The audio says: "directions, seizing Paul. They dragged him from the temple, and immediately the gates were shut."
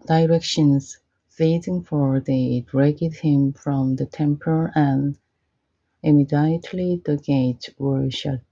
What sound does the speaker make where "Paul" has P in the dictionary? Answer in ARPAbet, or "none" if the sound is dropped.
F